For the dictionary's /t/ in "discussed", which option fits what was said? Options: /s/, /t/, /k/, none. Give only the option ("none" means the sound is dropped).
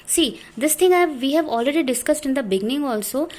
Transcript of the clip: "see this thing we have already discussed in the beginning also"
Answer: /t/